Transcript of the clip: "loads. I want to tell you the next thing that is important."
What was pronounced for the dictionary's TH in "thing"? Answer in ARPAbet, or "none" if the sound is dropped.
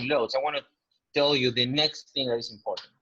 TH